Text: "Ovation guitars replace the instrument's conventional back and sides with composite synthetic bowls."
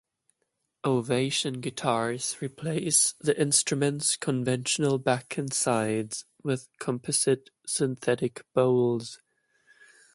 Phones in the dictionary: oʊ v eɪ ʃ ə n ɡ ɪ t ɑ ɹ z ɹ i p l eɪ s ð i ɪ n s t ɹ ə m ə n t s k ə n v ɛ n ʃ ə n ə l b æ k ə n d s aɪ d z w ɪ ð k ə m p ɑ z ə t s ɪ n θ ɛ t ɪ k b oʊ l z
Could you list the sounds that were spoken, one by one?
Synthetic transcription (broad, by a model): oʊ v eɪ ʃ ə n ɡ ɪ t ɑ ɹ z ɹ i p l eɪ s ð i ɪ n s t ɹ ə m ə n t s k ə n v ɛ n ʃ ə n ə l b æ k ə n s aɪ d z w ɪ ð k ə m p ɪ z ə t s ɪ n θ ɛ t ɪ k b oʊ l z